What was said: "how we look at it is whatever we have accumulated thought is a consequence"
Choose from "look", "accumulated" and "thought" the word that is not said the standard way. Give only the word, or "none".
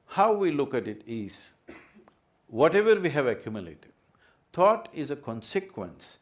thought